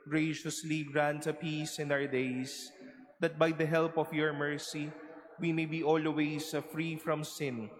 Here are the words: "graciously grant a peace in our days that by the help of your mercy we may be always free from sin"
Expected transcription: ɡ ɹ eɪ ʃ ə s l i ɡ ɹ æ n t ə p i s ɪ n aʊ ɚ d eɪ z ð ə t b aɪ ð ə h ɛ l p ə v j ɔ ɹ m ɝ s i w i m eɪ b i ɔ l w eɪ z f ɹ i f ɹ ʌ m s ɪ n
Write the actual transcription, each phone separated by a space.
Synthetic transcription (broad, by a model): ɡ ɹ eɪ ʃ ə s l i ɡ ɹ æ n t ə p i s ɪ n aʊ ɚ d eɪ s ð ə t b aɪ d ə h ɛ l p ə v j ɔ ɹ m ɝ s i w i m eɪ b i ɔ l w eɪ s f ɹ i f ɹ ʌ m s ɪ n